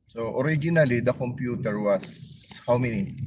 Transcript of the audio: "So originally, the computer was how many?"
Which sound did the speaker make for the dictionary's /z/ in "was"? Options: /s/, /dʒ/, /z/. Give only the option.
/s/